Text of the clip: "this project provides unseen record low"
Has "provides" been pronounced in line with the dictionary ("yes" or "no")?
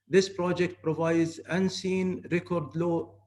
yes